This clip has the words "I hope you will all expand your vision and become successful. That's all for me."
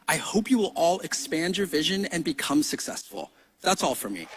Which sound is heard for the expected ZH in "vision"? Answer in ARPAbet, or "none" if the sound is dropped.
ZH